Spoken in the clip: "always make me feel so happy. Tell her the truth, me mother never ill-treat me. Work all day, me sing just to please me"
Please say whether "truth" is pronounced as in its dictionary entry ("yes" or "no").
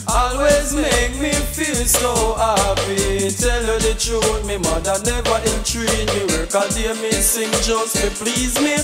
no